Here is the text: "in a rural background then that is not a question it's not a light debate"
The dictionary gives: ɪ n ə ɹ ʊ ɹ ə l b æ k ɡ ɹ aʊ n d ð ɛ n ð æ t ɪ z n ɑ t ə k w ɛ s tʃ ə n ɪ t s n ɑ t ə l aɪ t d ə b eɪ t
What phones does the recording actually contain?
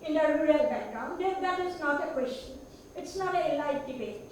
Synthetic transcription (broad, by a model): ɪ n ə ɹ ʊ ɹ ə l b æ ɡ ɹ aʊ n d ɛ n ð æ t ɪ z n ɑ t ə k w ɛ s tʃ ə n ɪ t s n ɑ t ə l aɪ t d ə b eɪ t